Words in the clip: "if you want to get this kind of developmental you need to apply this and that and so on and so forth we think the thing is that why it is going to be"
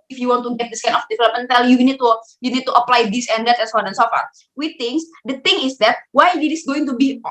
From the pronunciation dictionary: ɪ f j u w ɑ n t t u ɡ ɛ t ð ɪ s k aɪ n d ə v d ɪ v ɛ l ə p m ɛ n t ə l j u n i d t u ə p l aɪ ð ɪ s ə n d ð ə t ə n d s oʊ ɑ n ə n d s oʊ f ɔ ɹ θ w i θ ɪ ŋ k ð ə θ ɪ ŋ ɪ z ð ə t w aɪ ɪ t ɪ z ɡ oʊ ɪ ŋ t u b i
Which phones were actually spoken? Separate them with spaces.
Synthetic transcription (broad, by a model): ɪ f j u w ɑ n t t u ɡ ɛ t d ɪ s k aɪ n ə f d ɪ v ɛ l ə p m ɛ n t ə l j u n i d t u ə p l aɪ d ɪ s ə n d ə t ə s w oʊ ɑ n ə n s oʊ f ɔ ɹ w i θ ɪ ŋ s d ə t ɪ ŋ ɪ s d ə t w aɪ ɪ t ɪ s ɡ oʊ ɪ ŋ t u b i